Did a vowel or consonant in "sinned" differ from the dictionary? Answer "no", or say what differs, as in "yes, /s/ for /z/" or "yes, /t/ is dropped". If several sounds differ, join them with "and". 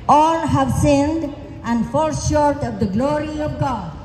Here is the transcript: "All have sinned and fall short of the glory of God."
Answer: no